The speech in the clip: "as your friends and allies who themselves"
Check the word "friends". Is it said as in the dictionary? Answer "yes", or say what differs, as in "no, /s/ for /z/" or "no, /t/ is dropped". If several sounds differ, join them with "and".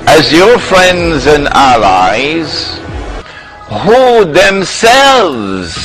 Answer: yes